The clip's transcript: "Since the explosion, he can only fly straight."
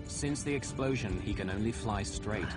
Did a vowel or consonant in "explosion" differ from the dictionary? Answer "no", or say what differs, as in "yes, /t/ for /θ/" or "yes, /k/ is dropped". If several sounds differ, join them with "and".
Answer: no